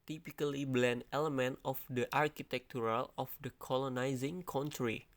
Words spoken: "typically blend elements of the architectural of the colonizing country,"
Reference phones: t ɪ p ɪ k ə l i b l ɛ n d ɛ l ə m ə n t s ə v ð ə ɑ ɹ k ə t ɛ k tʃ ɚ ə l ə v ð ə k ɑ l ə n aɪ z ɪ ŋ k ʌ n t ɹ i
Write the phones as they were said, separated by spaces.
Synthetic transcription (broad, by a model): t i p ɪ k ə l i b l ɛ n d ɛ l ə m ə n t ə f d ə ɑ ɹ k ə t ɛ k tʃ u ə l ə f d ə k ɑ l ə n aɪ z ɪ ŋ k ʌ n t ɹ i